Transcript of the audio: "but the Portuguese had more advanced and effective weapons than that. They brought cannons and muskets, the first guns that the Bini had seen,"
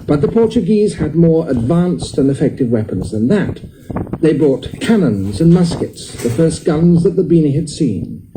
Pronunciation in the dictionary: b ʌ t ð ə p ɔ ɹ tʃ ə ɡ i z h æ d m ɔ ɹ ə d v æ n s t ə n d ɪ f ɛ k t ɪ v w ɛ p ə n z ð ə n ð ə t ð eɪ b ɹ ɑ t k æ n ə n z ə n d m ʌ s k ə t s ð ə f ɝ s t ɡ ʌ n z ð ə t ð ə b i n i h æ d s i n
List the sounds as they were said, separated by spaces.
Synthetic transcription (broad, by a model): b ʌ t ð ə p ɔ ɹ tʃ ə ɡ i z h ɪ d m ɔ ɹ ə d v æ n s t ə n ɪ f ɛ k t ɪ v w ɛ p ə n z ð ə n ð ə t ð eɪ b ɹ ɑ t k æ n ə n z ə n m ʌ s k ə t s ð ə f ɝ s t ɡ ʌ n z ð ə t ð ə b i n i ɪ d s i n